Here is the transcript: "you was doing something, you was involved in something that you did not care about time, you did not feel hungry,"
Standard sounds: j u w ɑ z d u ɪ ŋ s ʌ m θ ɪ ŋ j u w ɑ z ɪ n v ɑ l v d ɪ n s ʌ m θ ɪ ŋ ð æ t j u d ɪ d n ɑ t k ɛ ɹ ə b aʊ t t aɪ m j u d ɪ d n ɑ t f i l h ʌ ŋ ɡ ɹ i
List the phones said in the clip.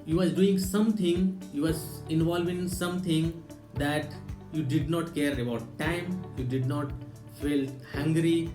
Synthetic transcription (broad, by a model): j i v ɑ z d u ɪ ŋ s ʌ m t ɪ ŋ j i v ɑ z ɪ n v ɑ l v ɪ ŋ s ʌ m t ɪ ŋ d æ t j u d ɪ d n ɑ t k ɛ ɹ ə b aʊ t t aɪ m j u d ɪ d n ɑ t f i l h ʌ ŋ ɡ ɹ i